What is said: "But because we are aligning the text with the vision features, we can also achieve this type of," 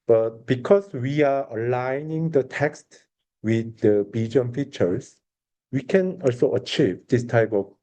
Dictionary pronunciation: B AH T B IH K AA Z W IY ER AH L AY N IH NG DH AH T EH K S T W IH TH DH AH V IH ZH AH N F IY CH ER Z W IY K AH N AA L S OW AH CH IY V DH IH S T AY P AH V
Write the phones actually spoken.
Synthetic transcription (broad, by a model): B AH T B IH K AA S W IY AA AH L AY N IH NG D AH T EH K S T W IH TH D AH B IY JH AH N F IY CH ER S W IY K AH N AA L S OW AH CH IY V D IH S T AY P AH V